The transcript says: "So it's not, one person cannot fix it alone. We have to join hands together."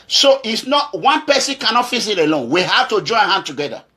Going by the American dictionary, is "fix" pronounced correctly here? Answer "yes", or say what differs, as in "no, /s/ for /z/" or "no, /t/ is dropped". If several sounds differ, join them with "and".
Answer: no, /k/ is dropped